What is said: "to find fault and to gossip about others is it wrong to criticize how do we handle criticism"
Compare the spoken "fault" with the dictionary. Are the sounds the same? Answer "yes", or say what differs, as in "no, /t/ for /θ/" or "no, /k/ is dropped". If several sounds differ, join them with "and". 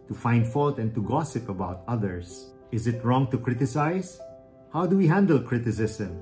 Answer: yes